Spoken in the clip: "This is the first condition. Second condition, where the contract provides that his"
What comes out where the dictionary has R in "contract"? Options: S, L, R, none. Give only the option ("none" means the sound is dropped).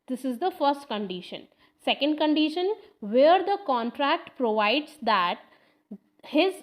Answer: R